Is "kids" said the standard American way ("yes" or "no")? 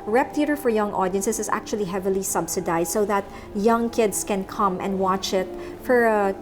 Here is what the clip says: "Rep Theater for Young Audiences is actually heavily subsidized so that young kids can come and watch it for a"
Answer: no